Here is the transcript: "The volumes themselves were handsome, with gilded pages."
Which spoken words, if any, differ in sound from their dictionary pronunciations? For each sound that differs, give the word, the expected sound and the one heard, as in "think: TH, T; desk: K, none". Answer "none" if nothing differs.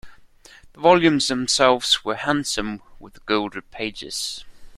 none